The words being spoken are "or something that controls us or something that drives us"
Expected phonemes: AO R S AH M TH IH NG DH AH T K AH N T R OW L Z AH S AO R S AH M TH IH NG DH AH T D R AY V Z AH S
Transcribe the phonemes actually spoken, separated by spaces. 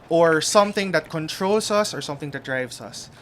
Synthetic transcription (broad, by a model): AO R S AH M TH IH NG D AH T K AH N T R OW L S AH S AO R S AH M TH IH NG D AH T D R AY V S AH S